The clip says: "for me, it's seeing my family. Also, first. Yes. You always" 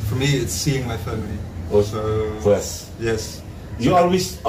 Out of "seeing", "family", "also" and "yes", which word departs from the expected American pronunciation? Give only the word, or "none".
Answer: also